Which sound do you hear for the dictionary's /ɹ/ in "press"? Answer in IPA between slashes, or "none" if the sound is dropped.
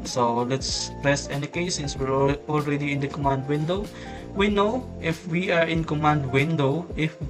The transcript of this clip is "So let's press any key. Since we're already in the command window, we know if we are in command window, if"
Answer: /ɹ/